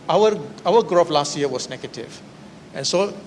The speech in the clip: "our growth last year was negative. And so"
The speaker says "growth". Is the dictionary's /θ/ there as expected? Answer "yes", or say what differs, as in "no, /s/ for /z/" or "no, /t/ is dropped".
no, /f/ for /θ/